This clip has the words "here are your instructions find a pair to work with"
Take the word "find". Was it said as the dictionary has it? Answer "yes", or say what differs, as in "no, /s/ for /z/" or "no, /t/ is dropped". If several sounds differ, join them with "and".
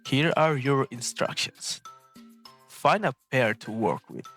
no, /d/ is dropped